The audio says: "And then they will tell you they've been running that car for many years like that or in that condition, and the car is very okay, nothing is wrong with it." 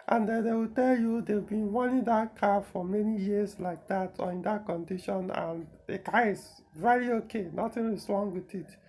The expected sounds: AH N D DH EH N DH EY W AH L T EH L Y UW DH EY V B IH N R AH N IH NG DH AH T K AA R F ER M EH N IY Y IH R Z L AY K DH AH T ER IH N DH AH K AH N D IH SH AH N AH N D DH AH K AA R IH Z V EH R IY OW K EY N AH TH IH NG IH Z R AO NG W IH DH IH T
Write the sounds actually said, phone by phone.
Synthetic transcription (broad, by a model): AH N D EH N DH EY W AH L T EH L Y UW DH EY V B IH N W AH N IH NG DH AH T K AA F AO M EH N IY Y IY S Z L AY K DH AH T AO IH N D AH K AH N D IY SH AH N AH N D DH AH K AA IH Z V EH R IY OW K EY N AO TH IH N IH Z R AO NG W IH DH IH T